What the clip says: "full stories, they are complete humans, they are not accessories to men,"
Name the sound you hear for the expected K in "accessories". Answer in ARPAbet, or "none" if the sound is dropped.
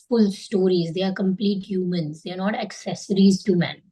K